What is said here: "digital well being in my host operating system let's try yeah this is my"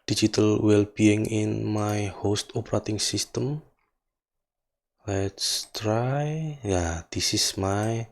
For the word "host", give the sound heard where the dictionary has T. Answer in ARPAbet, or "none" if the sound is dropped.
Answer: T